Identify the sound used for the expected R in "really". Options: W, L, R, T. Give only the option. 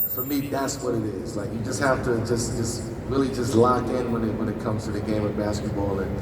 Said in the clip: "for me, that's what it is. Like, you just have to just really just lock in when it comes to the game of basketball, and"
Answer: R